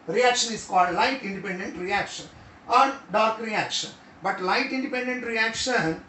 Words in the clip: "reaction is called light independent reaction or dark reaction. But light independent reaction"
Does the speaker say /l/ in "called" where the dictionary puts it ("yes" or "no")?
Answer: yes